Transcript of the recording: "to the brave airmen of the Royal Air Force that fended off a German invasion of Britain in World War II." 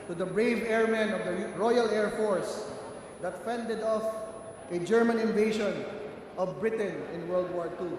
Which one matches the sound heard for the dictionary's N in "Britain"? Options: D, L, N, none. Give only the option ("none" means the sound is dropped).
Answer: N